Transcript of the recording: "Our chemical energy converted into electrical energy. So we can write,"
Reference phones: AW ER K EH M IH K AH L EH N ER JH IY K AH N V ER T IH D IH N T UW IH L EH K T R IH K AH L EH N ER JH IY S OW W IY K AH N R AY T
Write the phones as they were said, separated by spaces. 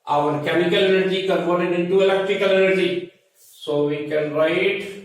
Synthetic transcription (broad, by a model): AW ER K EH M IH K AH L EH N ER JH IY K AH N F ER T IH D IH N T UW IH L EH K T R IH K AH L EH N ER JH IY S OW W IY K AH N R AY T